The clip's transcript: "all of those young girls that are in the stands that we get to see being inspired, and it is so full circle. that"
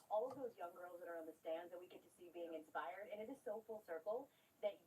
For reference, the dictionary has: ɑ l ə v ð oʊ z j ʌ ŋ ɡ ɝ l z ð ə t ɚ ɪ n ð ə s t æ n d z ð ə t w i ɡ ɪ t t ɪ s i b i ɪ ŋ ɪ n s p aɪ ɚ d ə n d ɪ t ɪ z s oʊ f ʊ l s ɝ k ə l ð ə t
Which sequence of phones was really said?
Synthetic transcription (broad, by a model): ɑ l ə v ð oʊ z j ʌ ŋ ɡ ɝ l z ð ə t ɚ ɪ n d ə s t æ n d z ð ə t w i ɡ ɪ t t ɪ s i b i ɪ ŋ ɪ n s p aɪ ɚ d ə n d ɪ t ɪ z s oʊ f ʊ l s ɝ k l ð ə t